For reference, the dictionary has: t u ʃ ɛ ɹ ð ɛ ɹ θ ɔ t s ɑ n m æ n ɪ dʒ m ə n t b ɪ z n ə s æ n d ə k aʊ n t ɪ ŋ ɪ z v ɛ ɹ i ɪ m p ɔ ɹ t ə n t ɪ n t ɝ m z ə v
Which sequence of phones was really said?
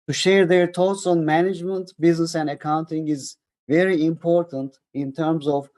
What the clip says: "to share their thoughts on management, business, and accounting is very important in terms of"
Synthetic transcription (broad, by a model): t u ʃ ɛ ɹ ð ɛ ɹ t ɔ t s ɑ n m æ n ɪ dʒ m ə n t b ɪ z n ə s æ n d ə k aʊ n t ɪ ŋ ɪ z v ɛ ɹ i ɪ m p ɔ ɹ t ə n t ɪ n t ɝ m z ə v